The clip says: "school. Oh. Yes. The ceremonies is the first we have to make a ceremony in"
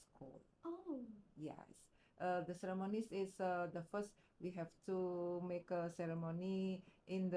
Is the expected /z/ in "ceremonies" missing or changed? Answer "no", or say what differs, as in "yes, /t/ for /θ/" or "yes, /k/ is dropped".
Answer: yes, /s/ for /z/